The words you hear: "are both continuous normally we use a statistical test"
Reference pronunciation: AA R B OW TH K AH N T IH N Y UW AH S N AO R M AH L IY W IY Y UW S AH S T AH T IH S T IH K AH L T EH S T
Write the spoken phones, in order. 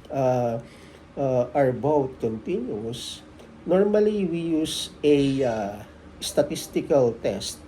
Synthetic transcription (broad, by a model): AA R B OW T K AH N T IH N Y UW S N AO R M AH L IY W IY Y UW S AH S T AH T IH S T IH K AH L T EH S T